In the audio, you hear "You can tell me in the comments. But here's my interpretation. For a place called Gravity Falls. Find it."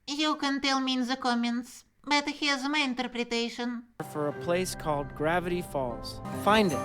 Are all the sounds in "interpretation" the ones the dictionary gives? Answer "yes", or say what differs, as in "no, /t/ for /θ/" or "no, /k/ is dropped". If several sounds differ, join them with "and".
yes